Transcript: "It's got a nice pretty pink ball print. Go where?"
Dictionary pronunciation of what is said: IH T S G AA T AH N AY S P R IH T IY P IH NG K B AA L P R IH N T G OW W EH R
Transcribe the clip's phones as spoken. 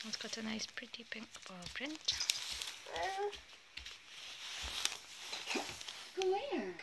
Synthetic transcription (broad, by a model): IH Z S G AA T AH N AY S P R IH T IY P IH NG K B AA L P R IH N T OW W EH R